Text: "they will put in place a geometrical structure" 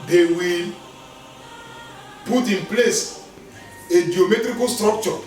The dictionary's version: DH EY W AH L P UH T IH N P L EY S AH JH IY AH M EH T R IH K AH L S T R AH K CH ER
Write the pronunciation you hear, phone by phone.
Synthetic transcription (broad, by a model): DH EY W AH L P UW T IH N P L EY S AH JH IY AH M EH T R IH K AH L S T R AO K CH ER